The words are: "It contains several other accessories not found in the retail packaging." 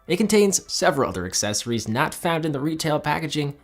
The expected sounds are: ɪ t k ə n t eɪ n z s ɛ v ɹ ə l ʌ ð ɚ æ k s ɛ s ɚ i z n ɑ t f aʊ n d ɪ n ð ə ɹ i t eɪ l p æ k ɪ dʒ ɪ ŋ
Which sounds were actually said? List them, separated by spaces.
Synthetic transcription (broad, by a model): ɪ t k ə n t eɪ n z s ɛ v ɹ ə l ʌ ð ɚ æ k s ɛ s ɚ i z n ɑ t f aʊ n d ɪ n ð ə ɹ i t eɪ l p æ k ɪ dʒ ɪ ŋ